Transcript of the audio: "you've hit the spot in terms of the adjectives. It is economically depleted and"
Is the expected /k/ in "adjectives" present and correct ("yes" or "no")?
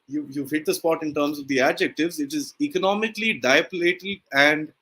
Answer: yes